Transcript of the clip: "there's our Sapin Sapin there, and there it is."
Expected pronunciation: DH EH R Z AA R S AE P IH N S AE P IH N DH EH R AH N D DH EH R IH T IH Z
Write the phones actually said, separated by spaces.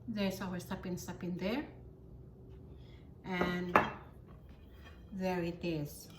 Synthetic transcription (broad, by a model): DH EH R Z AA W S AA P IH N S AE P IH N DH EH R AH N DH EH R IH T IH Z